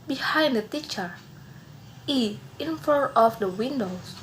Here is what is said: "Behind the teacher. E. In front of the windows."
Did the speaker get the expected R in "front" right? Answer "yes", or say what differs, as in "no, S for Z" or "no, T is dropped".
no, R is dropped